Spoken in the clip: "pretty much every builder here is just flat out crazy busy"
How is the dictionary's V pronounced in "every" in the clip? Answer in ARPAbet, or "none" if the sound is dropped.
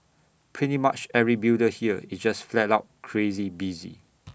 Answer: none